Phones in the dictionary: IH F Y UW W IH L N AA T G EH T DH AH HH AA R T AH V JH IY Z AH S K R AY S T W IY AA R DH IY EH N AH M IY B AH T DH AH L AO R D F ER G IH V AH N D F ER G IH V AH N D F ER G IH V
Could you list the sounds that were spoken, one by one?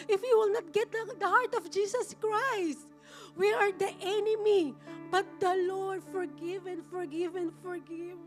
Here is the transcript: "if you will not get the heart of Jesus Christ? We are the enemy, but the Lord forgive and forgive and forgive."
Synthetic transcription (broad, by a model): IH F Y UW W IH L N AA T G EH T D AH HH AA R T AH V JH IY S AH S K R AY S T W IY AA R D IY EH N AH M IY B AH T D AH L AO R D F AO G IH V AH N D F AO G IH V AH N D F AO G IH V